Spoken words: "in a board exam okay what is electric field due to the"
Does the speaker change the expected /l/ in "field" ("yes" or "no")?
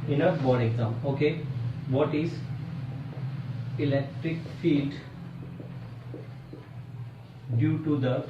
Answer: no